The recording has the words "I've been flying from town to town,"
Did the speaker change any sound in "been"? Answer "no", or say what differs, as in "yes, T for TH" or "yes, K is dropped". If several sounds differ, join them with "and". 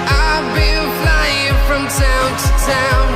yes, L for N